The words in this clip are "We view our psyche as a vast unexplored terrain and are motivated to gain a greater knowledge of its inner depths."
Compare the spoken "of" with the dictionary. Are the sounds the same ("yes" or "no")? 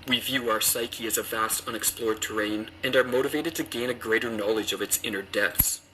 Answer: yes